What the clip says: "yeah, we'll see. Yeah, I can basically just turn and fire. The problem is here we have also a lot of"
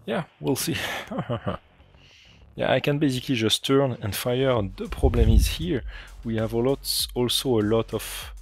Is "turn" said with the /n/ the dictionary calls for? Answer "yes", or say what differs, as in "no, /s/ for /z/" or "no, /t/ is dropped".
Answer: yes